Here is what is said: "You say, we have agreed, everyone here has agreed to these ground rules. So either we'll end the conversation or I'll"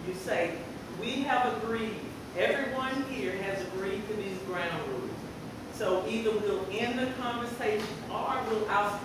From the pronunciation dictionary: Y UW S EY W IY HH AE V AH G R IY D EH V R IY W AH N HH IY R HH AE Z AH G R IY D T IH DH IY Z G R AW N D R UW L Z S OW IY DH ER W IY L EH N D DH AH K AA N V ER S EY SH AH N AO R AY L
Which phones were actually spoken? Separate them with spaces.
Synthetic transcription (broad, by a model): Y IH S EY W IY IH V AH G R IY D EH V R IY W AH N HH IY R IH Z AH G R IY D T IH DH IY Z G R AW N D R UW Z S OW IY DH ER W IY L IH N DH AH K AA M V ER S EY SH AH N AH W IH L